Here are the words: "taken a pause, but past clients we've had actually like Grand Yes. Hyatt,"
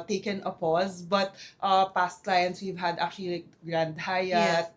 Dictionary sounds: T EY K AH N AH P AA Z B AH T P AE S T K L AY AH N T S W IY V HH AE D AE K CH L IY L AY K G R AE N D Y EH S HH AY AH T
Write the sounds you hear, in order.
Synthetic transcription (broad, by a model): T EY K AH N AH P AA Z B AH T P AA S T K L AY AH N T S W IY V HH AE D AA K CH IY L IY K G R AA N D HH AY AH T